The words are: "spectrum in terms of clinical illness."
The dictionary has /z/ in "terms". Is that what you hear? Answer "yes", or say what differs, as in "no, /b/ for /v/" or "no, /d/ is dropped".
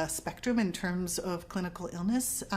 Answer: yes